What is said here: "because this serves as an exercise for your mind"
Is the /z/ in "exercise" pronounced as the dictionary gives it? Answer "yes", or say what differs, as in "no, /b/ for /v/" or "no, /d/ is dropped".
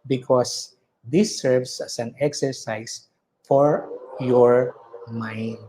no, /s/ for /z/